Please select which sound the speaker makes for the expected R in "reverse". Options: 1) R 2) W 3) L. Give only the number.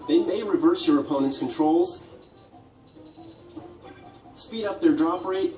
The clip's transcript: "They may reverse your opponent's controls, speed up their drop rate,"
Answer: 1